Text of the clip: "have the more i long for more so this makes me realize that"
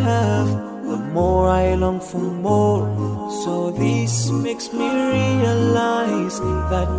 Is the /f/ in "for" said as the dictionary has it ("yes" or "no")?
yes